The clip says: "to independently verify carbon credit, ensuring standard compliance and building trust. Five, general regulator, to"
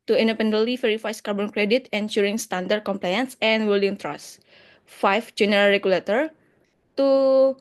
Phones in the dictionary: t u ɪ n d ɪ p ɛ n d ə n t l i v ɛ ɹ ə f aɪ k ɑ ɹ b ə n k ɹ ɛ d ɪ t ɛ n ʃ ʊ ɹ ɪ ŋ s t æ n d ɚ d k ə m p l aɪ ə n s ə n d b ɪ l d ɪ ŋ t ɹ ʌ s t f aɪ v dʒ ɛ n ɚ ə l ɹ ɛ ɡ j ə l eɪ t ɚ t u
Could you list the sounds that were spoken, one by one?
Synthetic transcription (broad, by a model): t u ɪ n d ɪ p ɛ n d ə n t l i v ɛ ɹ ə f aɪ k ɑ ɹ b ə n k ɹ ɛ d ɪ t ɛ n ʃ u ɹ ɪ ŋ s t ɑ n d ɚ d k ə m p l aɪ ə n s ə n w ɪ l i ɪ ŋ t ɹ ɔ s f aɪ f dʒ ɛ n ɚ ə l ɹ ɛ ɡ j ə l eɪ t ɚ t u